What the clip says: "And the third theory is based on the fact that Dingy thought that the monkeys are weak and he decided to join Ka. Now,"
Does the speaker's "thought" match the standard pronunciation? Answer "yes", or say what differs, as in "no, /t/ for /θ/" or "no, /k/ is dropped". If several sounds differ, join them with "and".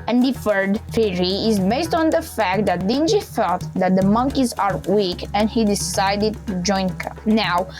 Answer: no, /f/ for /θ/